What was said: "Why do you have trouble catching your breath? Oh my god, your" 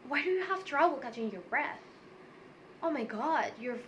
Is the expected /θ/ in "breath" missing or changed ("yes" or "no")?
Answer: no